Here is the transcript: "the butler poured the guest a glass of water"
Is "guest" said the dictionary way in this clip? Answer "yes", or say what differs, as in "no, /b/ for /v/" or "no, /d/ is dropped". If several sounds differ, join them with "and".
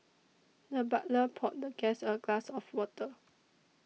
no, /t/ is dropped